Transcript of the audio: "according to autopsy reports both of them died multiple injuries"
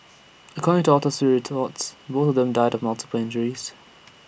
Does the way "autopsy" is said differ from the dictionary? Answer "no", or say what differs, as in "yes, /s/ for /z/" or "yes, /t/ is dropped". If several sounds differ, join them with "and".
yes, /p/ is dropped